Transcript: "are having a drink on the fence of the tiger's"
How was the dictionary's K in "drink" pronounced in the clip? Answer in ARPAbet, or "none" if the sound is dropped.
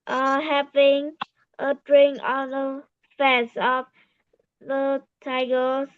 none